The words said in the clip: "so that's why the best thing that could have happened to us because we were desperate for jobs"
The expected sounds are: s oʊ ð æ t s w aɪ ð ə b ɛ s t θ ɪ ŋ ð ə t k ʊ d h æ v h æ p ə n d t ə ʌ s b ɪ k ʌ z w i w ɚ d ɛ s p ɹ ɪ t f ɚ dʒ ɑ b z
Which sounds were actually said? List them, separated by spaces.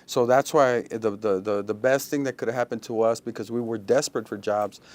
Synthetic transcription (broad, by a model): s oʊ ð æ t s w aɪ ð ə b ɛ s t θ ɪ ŋ ð ə t k ʊ d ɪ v h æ p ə n t ə ʌ s b ɪ k ʌ z w i w ɚ d ɛ s p ɹ ɪ t f ɚ dʒ ɑ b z